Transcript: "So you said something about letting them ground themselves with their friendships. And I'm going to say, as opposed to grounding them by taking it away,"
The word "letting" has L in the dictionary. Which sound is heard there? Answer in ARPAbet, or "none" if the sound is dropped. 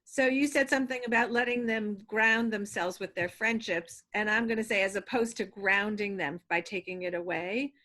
L